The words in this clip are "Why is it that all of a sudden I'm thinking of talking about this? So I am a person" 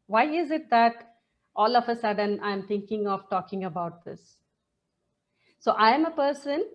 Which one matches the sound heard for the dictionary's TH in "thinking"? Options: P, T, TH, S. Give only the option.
T